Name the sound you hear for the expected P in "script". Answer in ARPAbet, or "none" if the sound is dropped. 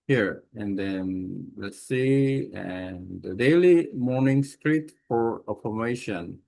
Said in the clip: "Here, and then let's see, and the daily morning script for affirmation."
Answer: none